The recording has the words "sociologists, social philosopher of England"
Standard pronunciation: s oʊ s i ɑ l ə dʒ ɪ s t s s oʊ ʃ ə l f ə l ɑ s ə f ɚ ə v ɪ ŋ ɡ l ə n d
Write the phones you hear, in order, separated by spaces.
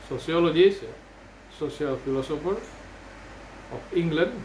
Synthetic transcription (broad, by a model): s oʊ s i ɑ l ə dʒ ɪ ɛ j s s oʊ s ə l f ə l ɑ s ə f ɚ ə p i ŋ ɡ l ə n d